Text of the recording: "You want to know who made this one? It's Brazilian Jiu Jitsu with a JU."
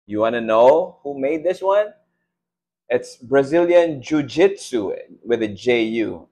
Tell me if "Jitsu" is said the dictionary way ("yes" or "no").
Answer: yes